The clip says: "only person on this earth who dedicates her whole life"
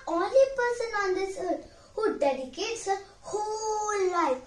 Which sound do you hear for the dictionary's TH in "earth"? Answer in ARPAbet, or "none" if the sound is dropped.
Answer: T